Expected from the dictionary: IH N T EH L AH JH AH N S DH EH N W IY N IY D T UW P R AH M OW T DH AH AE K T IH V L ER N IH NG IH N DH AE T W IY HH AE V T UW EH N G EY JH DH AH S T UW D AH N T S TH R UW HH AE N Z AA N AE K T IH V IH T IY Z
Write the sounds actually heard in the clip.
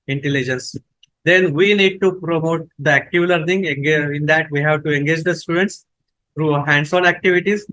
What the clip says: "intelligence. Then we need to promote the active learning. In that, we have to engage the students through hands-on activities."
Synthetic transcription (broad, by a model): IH N T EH L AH JH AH N S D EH N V IY N IY D T UW P R AH M OW T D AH AE K T IH V L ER N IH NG IH N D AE T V IY HH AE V T UW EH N G EY JH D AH S T UW D AH N T S T R UW HH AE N S AA N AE K T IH V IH T IY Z